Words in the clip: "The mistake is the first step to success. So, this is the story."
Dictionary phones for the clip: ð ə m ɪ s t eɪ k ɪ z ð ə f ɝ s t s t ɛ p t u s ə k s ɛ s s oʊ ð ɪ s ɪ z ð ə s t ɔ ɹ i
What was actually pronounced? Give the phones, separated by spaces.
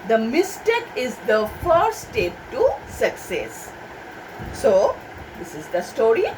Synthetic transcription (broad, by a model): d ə m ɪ s t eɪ k ɪ z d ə f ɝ t s t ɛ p t u s ə k s ɛ s s oʊ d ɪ s ɪ z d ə s t ɔ ɹ i